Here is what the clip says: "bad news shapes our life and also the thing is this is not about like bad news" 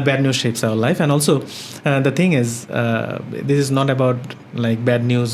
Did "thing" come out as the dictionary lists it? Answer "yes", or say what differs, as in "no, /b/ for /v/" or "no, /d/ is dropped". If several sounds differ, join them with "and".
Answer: no, /t/ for /θ/